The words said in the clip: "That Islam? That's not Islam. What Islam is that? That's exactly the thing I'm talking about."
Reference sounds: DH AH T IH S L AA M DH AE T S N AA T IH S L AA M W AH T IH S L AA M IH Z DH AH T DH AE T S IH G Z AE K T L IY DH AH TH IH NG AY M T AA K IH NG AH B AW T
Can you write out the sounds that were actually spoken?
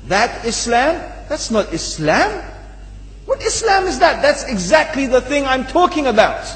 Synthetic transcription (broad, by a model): DH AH T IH S L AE M DH AE T S N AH T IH S L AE M W AH T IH S L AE M IH Z DH AH T DH AE T S IH G Z AE K T L IY DH AH TH IH NG AY M T AA K IH NG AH B AW T